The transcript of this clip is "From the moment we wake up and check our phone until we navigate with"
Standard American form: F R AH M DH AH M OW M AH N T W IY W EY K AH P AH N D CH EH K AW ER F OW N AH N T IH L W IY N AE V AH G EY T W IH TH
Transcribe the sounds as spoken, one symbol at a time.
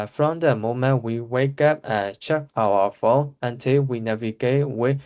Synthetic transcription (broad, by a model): F R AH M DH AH M OW M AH N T W IY W EY K AH P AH N CH EH K AW ER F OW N AH N T IH L W IY N AE V AH G EY T W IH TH